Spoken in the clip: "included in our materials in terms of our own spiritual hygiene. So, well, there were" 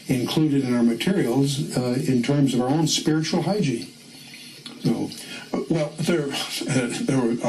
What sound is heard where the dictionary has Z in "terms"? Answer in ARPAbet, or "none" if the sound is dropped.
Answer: Z